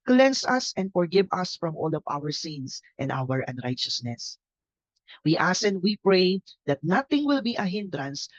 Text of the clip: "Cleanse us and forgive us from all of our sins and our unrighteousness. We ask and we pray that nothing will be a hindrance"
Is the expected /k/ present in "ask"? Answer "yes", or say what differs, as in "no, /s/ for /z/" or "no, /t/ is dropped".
no, /k/ is dropped